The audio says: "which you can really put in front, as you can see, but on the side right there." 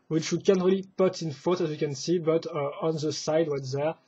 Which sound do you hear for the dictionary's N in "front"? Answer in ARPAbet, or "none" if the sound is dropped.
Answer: none